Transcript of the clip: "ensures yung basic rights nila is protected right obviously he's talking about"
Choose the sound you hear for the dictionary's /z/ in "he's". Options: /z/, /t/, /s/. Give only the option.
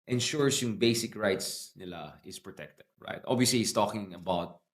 /s/